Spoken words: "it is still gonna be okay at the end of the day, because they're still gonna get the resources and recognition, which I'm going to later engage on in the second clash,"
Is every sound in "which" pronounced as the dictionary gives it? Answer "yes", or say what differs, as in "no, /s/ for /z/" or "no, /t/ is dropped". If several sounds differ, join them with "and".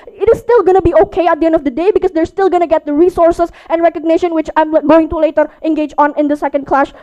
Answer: yes